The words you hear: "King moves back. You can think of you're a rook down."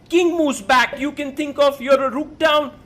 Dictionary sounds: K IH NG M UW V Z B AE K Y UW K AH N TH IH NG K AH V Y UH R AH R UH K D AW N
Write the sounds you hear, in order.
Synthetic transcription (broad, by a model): K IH NG M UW Z B AE K Y UW K AH N T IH NG K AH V Y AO R AH R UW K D AW N